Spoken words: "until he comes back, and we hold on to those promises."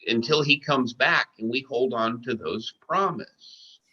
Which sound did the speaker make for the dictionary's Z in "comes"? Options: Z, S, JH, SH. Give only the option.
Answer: Z